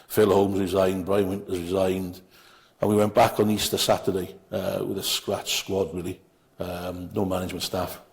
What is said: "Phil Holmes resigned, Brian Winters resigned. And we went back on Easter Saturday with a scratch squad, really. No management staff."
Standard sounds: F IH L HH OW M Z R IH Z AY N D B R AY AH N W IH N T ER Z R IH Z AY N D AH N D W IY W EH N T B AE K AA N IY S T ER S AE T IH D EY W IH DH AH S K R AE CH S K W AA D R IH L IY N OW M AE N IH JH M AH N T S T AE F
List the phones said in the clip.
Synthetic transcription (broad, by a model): F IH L HH OW M Z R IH Z AY N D B R AY AH N W IH N T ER Z R IH Z AY N D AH N W IY W EH N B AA K N IY S T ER S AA T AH D EY W IH DH AH S K R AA CH S K W AA D R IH L IY N OW M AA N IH JH M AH N T S T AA F